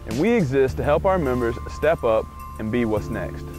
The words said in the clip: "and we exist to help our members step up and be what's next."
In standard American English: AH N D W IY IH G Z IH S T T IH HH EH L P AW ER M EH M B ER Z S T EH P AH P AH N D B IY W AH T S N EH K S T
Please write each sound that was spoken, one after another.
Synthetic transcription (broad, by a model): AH N W IY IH G Z IH S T T IH HH EH L P AW ER M EH M B ER Z S T EH P AH P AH N B IY W AH T S N EH K S T